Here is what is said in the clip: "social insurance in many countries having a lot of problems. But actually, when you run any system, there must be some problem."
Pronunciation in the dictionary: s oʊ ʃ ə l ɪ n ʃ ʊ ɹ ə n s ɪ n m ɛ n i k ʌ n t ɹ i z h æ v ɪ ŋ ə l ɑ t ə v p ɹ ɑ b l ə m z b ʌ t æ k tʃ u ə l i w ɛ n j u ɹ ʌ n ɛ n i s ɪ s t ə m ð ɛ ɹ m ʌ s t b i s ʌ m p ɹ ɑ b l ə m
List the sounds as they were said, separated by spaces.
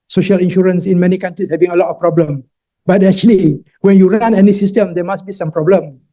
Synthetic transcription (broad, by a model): s oʊ ʃ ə l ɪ n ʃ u ɹ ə n s ɪ n m ɛ n i k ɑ n t ɹ i s h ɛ v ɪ ŋ ə l ɑ t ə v p ɹ ɑ b l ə m b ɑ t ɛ k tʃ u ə l i w ɛ n j u ɹ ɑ n ɛ n i s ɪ s t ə m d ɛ m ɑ s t b i s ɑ m p ɹ ɑ b l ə m